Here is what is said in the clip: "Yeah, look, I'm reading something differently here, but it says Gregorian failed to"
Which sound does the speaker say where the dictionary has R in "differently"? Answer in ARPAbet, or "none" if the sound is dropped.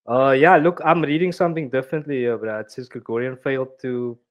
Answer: none